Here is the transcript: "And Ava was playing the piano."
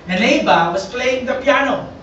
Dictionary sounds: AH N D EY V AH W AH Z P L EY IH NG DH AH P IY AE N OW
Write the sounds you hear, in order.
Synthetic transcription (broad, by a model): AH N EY B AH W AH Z P L EY IH NG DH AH P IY N OW